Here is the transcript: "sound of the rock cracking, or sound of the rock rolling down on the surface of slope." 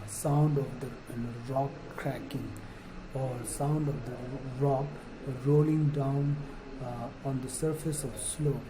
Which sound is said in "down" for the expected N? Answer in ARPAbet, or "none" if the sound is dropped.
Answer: N